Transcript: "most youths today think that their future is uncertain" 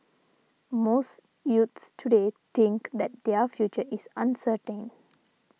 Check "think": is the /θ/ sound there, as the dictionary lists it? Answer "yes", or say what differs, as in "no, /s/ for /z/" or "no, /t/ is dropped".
no, /t/ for /θ/